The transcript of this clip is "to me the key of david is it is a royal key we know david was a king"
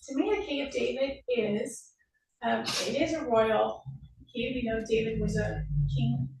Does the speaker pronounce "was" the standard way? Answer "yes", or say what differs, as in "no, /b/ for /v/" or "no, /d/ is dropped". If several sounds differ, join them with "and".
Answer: yes